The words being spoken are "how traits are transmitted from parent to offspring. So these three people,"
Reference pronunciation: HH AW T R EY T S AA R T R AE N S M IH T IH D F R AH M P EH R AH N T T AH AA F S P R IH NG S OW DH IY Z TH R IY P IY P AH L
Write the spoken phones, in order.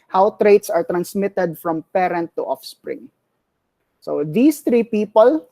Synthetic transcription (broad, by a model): HH AW T R EY T S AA R T R AE N S M IH T IH D F R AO M P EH R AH N T T AA F S P R IH NG S OW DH IY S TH R IY P IY P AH L